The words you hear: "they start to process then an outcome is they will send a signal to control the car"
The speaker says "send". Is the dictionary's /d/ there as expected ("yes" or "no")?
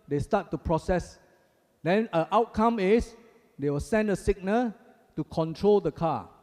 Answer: yes